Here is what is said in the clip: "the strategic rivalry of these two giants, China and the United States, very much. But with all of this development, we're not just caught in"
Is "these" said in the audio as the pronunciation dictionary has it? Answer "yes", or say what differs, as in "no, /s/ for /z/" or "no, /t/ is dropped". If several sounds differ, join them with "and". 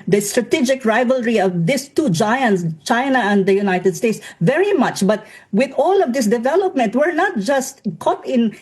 no, /s/ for /z/